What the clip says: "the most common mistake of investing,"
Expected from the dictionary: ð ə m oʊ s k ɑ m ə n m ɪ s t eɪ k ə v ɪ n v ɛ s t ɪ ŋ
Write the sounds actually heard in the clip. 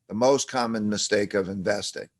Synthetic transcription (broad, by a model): ð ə m oʊ s k ɑ m ə n m ɪ s t eɪ k ə v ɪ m v ɛ s t ɪ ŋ